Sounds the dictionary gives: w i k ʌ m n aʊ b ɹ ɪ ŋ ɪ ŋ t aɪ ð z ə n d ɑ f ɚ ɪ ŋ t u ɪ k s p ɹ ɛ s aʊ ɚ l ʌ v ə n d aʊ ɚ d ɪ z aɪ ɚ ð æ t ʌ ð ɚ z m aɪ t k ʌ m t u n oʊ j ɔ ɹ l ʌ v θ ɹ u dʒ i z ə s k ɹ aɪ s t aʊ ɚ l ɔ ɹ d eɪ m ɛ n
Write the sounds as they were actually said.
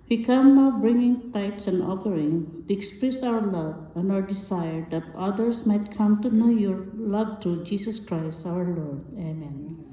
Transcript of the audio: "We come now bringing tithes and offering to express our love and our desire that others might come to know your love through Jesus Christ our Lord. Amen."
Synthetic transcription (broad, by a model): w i k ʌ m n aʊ b ɹ ɪ ŋ ɪ ŋ t aɪ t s ə n d ɑ f ɚ ɪ ŋ t u ɪ k s p ɹ ɛ s aʊ ɚ l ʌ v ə n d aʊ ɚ d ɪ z aɪ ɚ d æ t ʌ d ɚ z m aɪ t k ʌ m t u n oʊ j ɔ ɹ l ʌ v t ɹ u dʒ i s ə s k ɹ aɪ s t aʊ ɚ l ɔ ɹ d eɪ m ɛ n